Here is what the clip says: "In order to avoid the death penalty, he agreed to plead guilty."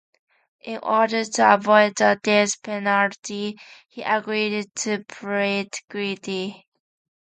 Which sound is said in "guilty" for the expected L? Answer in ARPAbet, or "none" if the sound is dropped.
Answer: none